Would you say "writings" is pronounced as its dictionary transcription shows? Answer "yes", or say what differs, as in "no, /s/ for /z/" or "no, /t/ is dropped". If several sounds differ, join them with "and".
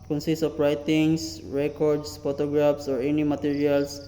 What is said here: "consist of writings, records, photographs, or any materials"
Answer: no, /s/ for /z/